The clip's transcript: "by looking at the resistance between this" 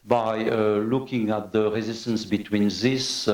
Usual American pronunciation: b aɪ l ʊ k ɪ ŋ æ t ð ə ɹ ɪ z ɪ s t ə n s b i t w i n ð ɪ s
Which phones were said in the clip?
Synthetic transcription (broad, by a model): b aɪ l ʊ k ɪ ŋ æ t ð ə ɹ ɪ z ɪ s t ə n s b i t w i n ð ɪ s